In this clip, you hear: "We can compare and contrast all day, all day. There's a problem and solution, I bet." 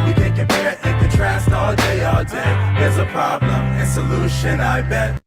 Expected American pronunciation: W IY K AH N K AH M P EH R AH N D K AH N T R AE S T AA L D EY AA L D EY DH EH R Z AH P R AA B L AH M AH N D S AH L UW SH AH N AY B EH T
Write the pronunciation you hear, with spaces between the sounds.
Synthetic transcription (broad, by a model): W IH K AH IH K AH P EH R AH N K AH N T R AE S T AA L D EY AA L D EY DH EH R Z AH P R AA B L AH M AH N S AH L UW SH AH N AY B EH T